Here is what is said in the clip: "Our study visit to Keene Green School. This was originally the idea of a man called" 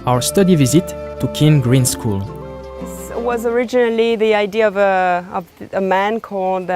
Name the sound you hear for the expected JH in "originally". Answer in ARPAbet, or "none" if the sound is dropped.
JH